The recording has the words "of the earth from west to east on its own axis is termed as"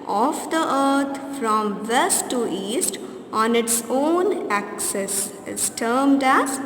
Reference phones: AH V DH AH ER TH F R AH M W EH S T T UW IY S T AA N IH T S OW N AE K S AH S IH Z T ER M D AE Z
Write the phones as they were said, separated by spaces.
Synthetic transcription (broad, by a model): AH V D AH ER T F R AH M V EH S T T UW IY S T AA N IH T S OW N AE K S AH S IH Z T ER M D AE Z